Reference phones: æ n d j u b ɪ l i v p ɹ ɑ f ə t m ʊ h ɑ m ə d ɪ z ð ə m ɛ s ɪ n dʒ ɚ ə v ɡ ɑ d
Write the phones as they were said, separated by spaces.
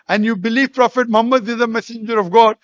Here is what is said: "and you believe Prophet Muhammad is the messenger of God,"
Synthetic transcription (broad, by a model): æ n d j u b ɪ l i v p ɹ ɑ f ə t m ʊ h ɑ m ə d ɪ z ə m ɛ s ɪ n dʒ ɚ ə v ɡ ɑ d